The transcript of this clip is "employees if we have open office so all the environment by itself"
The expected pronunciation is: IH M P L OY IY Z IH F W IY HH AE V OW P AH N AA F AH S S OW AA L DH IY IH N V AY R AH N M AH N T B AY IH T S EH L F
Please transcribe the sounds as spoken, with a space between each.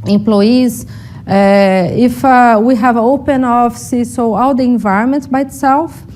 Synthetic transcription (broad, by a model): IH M P L OY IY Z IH F W IY HH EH V OW P AH N AA F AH S S OW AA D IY IH N V AY R AH N M AH N T B AY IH T S EH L F